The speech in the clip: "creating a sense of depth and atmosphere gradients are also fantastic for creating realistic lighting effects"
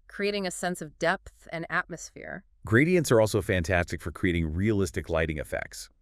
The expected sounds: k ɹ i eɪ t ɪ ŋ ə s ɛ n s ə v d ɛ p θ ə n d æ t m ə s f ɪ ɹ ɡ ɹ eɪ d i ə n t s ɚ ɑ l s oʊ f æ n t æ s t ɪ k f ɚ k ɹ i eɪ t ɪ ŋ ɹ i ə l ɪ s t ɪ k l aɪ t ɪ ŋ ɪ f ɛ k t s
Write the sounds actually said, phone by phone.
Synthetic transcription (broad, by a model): k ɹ i eɪ t ɪ ŋ ə s ɛ n s ə v d ɛ p θ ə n æ t m ə s f ɪ ɹ ɡ ɹ eɪ d i ə n t s ɚ ɑ l s oʊ f æ n t æ s t ɪ k f ɚ k ɹ i eɪ t ɪ ŋ ɹ i ə l ɪ s t ɪ k l aɪ t ɪ ŋ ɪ f ɛ k t s